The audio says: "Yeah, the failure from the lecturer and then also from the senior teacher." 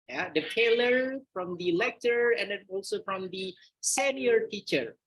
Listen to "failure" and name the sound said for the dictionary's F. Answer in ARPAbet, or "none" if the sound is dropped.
P